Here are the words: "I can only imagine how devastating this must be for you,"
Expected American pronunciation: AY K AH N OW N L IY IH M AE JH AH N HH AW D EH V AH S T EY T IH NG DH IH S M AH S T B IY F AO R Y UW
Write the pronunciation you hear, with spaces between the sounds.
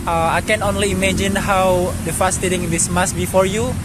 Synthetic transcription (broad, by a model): AY K AH N OW N L IY M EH JH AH N HH AW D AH F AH S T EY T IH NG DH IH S M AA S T B IY F AO R Y UW